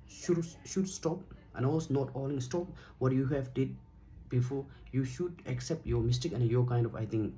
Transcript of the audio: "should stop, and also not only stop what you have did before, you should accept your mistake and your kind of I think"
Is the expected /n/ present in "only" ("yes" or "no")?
no